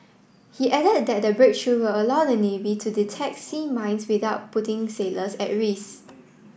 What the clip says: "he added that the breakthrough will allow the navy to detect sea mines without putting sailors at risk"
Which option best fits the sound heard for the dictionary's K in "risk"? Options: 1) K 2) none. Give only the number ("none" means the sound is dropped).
2